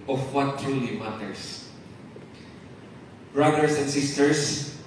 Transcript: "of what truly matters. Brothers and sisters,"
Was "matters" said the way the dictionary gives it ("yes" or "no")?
no